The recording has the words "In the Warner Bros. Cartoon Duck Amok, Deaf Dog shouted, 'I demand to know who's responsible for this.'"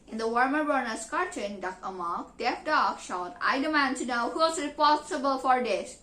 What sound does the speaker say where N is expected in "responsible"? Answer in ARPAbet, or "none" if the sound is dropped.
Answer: none